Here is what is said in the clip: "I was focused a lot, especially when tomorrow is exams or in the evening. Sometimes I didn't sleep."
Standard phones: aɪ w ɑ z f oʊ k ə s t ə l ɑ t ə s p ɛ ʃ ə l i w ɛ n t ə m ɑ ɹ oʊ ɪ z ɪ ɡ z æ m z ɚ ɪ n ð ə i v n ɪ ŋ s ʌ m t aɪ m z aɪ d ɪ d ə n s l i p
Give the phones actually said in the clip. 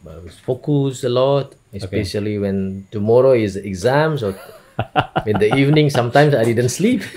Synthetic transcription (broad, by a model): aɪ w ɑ s f oʊ k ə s ə l ɑ t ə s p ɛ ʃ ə l i w ɛ n t ə m ɑ ɹ oʊ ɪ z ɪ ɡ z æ m s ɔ ɪ n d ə i v n ɪ ŋ s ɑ m t aɪ m s aɪ d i d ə n s l i p